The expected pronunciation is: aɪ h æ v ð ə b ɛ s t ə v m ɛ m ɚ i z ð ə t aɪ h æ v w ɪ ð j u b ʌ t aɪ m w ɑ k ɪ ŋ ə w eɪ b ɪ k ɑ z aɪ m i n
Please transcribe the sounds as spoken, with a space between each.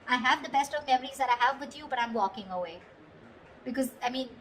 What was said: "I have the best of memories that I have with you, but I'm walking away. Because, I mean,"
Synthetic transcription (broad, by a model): aɪ h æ v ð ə b ɛ s t ə v m ɛ m ɚ i z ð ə t aɪ h æ v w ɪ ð j u b ʌ t aɪ m w ɑ k ɪ ŋ ə w eɪ b ɪ k ɑ z aɪ m i n